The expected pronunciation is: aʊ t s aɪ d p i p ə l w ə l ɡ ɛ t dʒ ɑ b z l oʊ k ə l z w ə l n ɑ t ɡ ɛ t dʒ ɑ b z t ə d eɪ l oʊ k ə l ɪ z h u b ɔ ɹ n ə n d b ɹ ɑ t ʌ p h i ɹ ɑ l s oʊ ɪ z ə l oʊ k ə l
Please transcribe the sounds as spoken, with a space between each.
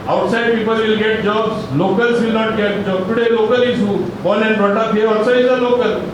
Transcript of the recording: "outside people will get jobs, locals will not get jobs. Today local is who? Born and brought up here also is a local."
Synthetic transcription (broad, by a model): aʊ t s aɪ d p i p ə l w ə l ɡ ɛ t dʒ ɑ b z l oʊ k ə l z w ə l n ɑ t ɡ ɛ t dʒ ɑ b t ə d eɪ l oʊ k ə l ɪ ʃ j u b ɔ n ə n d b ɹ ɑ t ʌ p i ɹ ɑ s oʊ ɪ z ə l oʊ k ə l